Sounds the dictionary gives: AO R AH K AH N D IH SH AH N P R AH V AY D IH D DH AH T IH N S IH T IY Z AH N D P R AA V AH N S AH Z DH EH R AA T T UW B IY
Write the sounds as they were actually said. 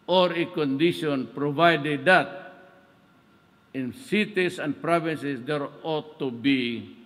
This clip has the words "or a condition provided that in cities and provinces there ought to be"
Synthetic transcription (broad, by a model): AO R AH K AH N D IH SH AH N P R AH V AY D IH D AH T IH N S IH T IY S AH N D P R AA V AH N S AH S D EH R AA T T UW B IY